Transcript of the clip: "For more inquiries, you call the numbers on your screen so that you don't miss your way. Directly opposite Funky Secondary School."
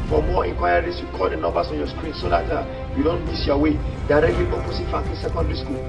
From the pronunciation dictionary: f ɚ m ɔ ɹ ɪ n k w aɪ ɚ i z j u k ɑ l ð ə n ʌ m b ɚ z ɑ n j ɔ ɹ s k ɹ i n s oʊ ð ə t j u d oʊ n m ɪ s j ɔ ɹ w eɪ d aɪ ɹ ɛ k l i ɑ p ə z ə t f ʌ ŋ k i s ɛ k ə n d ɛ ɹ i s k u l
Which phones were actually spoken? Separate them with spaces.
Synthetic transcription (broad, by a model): f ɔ m ɔ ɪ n k w aɪ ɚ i s j u k ɑ l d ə n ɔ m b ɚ s ɑ n j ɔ s k ɹ i n s oʊ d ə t j u d oʊ n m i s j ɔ w eɪ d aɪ ɹ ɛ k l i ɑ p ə s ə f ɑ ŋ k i s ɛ k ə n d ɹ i s k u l